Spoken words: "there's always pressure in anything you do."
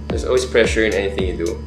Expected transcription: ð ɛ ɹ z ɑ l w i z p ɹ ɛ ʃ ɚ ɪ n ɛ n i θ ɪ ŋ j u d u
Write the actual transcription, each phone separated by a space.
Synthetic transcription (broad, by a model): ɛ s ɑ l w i s p ɹ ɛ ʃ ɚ ɪ n ɛ n i θ ɪ ŋ j u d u